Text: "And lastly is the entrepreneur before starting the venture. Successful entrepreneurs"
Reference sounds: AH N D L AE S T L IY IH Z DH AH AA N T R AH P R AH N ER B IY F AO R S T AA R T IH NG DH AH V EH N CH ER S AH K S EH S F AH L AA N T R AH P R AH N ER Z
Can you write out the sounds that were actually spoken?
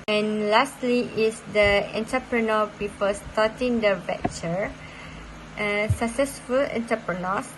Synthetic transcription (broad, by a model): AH N L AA S T L IY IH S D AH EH N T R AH P R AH N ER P IY P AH L S T AA T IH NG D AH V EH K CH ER S AH K S EH S F AH L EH N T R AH P R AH N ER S